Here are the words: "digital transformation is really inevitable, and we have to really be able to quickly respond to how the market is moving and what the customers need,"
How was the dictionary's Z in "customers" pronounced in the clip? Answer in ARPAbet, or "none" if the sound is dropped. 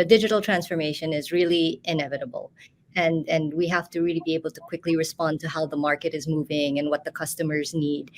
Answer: Z